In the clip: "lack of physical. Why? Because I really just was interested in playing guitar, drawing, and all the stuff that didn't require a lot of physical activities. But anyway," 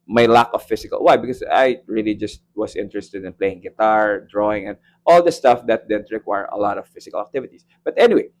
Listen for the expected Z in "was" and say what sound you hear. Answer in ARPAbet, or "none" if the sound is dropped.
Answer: S